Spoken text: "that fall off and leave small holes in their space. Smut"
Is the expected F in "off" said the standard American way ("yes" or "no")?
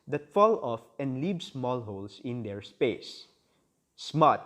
yes